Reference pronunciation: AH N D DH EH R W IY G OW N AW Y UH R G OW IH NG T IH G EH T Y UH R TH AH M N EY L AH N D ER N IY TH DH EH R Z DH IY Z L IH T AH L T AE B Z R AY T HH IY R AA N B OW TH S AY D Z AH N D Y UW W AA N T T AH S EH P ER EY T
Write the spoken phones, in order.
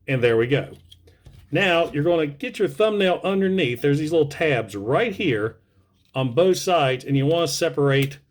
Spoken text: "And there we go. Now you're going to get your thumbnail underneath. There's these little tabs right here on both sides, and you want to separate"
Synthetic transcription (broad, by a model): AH N DH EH R W IY G OW N AW Y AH R G OW IH NG T IH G EH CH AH R TH AH M N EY L AH N D ER N IY TH DH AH R Z DH IY Z L IH T L T AE B Z R AY T HH IY R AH N B OW TH S AY D Z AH N Y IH W AA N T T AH S EH P ER EY T